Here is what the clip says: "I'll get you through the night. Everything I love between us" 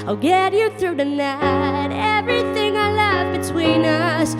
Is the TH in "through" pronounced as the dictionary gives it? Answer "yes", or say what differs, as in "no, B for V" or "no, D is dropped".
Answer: yes